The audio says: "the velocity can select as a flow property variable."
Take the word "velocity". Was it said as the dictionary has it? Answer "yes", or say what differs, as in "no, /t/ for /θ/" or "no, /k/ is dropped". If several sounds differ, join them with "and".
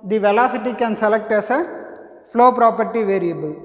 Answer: yes